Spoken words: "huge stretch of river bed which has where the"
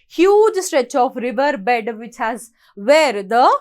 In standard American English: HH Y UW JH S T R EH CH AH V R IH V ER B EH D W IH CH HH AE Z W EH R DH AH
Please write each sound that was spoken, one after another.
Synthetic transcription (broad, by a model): HH Y UW JH S T R EH CH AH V R IH V ER B EH D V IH CH HH AE Z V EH R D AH